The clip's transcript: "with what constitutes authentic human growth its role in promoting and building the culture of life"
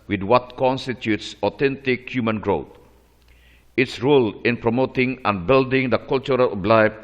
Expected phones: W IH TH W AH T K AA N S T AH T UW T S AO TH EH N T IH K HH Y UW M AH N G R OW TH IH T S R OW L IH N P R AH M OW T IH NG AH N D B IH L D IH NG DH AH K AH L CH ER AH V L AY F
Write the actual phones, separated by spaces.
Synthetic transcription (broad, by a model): W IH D W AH T K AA N S T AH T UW T S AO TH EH N T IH K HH Y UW M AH N G R OW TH IH T S R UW L IH N P R AH M OW T IH NG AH N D B IH L D IH NG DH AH K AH L CH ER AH B L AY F